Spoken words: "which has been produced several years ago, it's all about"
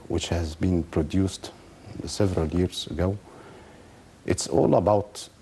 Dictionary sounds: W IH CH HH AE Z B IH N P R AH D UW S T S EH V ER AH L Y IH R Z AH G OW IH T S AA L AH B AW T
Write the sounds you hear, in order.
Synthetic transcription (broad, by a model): W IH CH HH AE Z B IH N P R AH D UW S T S EH V ER AH L Y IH R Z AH G OW IH T S AA L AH B AW T